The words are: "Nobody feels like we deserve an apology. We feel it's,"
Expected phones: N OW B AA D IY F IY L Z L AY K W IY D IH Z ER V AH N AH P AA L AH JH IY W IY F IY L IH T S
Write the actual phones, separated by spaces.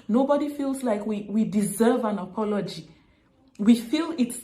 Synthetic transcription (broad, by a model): N OW B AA D IY F IY L Z L AY K W IY D IH Z ER V AH N AH P AA L AH JH IY W IY F IY L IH T S